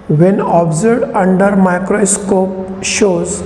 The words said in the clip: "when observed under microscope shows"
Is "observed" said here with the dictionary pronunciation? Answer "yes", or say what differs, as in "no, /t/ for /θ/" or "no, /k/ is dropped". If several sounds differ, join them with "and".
no, /v/ is dropped